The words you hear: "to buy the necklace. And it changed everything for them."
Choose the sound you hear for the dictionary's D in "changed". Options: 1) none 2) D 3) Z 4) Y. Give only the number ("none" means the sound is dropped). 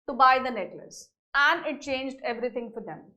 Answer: 2